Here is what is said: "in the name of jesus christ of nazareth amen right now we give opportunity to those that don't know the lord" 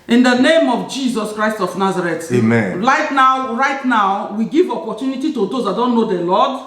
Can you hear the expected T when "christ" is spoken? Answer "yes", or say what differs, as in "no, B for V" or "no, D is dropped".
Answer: yes